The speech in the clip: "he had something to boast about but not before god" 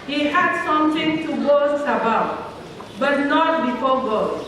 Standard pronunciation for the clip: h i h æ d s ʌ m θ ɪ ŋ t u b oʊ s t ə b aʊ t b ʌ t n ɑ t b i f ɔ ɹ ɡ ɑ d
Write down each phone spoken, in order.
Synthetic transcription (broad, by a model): h i h æ d s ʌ m t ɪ ŋ t u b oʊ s ə b aʊ t b ʌ t n ɑ t b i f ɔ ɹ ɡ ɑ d